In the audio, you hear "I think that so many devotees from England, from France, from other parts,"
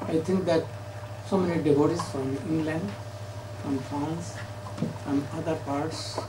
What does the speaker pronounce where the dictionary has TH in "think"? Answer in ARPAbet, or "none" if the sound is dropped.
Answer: T